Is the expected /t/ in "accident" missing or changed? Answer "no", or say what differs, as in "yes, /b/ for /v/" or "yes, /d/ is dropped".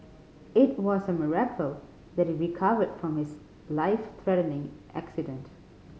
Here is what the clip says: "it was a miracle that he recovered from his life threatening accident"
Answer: no